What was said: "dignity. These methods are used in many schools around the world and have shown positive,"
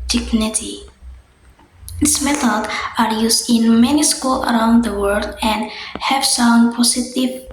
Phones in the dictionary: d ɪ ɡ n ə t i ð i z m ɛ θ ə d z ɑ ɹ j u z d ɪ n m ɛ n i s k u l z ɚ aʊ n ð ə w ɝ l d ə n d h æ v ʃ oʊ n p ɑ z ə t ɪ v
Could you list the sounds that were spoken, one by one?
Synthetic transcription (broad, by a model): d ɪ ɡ n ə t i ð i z m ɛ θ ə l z ɑ ɹ j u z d ɪ n m ɛ n i s k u l ɚ aʊ n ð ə w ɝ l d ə n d h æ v s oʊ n p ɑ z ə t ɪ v